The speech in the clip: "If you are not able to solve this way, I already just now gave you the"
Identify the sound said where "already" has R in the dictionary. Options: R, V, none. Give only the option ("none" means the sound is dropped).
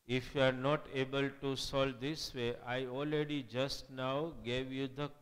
R